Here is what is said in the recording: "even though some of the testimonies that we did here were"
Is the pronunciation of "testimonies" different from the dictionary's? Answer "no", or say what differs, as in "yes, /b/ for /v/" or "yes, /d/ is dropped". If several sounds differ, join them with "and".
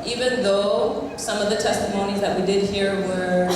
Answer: no